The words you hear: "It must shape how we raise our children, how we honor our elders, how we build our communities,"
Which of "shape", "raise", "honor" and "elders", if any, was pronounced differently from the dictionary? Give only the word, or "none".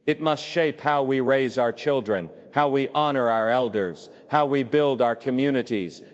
none